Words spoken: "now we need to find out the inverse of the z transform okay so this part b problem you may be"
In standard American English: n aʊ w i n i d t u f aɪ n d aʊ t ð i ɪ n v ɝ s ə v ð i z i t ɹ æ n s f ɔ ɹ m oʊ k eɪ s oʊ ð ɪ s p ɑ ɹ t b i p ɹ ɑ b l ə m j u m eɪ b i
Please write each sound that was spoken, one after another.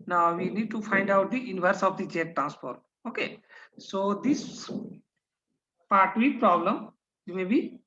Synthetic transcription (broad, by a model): n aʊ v i n i d t u f aɪ n d aʊ t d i ɪ n v ɝ s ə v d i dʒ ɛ t ɹ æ n s p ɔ ɹ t oʊ k eɪ s oʊ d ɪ s p ɑ ɹ t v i p ɹ ɑ b l ə m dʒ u m eɪ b i